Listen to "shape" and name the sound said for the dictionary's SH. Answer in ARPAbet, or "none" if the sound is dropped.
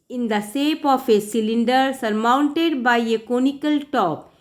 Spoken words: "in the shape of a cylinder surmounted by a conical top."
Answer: S